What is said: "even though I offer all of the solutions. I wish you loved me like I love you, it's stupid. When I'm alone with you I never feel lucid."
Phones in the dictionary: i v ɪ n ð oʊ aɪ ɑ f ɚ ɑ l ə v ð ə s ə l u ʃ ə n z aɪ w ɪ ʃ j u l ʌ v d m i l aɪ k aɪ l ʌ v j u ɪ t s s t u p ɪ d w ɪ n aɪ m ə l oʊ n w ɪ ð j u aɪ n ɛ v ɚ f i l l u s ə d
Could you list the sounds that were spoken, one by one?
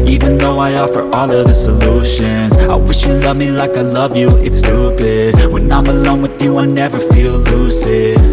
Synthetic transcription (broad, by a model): i v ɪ n ð oʊ aɪ ɑ f ɚ ɑ l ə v ð ə s ə l u ʃ ə n z aɪ w ɪ ʃ j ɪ l ʌ v m i l aɪ k aɪ l ʌ v j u ɪ t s s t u b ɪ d w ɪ n aɪ m ə l oʊ n w ɪ ð j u aɪ n ɛ v ɚ f i l l u s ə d